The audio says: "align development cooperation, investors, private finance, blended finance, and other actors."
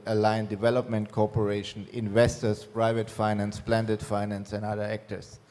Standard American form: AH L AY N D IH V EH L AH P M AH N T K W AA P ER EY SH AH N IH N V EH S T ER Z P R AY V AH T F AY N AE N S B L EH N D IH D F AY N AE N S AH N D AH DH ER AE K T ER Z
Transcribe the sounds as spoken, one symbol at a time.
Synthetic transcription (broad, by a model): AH L AY N D IH V EH L AH P M AH N T K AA P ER EY SH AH N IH N V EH S T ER S P R AY V AH T F AY N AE N S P L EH N D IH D F AY N AE N S AH N D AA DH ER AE K T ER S